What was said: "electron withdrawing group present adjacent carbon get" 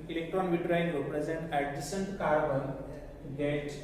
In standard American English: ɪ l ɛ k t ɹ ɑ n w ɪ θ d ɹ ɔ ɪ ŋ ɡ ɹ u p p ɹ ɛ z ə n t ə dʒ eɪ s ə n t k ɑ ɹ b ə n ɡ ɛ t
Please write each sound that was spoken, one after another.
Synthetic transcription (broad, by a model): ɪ l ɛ k t ɹ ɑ n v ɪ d ɹ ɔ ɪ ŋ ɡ u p p ɹ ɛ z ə n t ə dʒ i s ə n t k ɑ ɹ b ə n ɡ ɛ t